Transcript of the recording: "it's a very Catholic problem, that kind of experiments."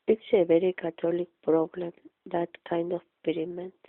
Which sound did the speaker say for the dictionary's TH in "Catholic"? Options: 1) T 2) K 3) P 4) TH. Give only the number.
1